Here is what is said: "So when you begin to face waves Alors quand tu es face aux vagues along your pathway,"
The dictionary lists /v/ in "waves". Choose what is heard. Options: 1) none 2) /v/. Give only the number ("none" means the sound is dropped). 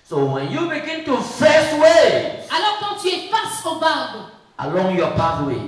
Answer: 1